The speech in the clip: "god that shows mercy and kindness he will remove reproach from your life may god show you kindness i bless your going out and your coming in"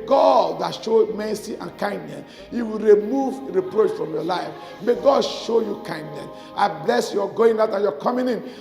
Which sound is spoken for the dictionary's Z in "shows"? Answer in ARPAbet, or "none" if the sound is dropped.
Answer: none